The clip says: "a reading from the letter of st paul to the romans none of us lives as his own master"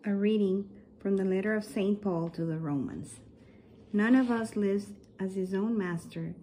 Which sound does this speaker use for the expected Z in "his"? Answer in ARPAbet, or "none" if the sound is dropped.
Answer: Z